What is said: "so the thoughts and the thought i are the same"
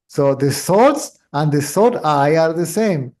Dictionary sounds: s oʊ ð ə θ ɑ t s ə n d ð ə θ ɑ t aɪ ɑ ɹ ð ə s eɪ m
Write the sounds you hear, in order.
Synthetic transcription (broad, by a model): s oʊ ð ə s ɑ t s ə n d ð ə s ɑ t aɪ ɑ ɹ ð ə s eɪ m